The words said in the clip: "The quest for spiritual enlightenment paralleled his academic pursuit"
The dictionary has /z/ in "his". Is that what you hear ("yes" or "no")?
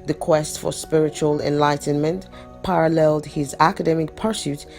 yes